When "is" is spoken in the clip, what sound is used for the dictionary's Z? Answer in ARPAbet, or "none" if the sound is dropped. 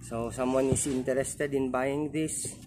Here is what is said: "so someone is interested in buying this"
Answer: S